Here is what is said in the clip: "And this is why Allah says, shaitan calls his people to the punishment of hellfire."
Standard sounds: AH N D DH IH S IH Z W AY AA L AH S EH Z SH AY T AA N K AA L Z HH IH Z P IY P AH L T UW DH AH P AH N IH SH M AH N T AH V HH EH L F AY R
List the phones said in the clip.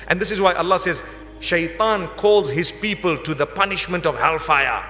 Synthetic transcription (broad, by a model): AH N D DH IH S IH Z W AY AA L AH S EH Z SH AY T AA N K AA L Z HH IH Z P IY P AH L T UW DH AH P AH N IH SH M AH N T AH V HH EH L F AY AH